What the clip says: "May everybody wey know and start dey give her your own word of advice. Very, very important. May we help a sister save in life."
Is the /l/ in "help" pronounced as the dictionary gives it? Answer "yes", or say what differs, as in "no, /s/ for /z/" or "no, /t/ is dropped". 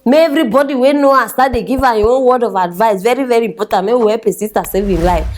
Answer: no, /l/ is dropped